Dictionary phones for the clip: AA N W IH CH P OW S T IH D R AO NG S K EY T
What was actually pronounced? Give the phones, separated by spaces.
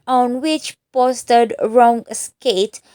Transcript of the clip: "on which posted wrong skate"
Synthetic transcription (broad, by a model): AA N W IH CH P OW S T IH D R AO NG S K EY T